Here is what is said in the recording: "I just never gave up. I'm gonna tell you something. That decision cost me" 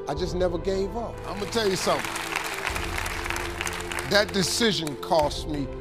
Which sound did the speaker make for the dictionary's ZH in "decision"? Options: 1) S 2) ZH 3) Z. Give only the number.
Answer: 2